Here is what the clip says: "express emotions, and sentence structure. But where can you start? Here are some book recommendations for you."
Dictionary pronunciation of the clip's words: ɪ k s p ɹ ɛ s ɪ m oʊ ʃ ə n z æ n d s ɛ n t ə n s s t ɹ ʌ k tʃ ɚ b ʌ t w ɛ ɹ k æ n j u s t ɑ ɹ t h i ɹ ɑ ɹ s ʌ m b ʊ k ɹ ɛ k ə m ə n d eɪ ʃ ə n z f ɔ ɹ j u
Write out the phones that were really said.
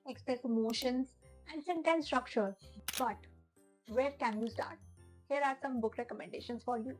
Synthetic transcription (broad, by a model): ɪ k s p ɹ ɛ s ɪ m oʊ ʃ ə n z æ n d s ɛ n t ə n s s t ɹ ʌ k tʃ ɚ b ʌ t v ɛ ɹ k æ n j u s t ɑ ɹ t h i ɹ ɑ ɹ s ʌ m b ʊ k ɹ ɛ k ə m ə n d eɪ ʃ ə n s f ɔ ɹ j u